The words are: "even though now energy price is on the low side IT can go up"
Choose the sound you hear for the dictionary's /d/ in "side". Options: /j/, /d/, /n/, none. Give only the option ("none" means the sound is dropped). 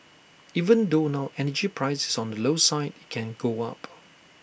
none